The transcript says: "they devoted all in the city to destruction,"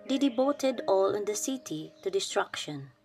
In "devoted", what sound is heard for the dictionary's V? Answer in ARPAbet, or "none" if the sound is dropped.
B